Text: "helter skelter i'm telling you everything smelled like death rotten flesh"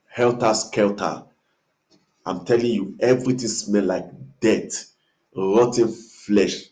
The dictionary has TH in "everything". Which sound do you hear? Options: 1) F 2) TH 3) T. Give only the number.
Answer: 3